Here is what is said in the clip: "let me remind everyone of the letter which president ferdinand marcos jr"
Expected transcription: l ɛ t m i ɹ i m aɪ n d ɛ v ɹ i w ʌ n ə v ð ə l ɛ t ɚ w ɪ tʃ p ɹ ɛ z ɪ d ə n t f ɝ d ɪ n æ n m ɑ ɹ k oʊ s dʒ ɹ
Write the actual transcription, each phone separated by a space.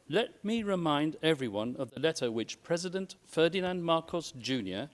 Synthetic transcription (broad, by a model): l ɛ t m i ɹ i m aɪ n d ɛ v ɹ i w ʌ n ə v ð ə l ɛ t ɚ w ɪ tʃ p ɹ ɛ z ɪ d ə n t f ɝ d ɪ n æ n m ɑ ɹ k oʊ s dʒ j